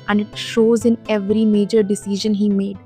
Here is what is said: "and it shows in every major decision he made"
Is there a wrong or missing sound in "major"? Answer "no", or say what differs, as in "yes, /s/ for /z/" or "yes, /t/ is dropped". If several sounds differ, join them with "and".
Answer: no